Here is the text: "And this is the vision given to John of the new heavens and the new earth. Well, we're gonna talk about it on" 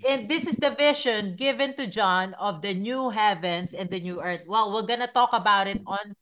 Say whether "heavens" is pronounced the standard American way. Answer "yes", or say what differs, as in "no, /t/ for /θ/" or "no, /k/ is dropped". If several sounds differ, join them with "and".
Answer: no, /s/ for /z/